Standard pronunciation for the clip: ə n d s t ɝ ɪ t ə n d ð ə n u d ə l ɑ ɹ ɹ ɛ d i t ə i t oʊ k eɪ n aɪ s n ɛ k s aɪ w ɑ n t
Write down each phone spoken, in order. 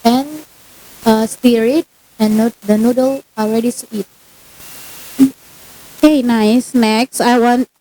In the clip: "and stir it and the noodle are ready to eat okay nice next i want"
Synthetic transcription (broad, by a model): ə n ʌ s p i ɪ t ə n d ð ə n u d ə l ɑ l ɹ ɛ d i s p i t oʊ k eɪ n aɪ s n ɛ k s aɪ w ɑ n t